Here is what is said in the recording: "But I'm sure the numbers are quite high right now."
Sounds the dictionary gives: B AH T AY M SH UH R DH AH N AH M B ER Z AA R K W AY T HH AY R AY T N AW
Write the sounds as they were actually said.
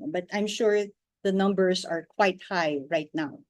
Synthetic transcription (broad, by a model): B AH T AY M SH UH R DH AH N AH M B ER S AA R K W AY T HH AY R AY T N AW